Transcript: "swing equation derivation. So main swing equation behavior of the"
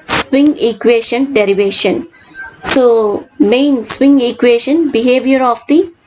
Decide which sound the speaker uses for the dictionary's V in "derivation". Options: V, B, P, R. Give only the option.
V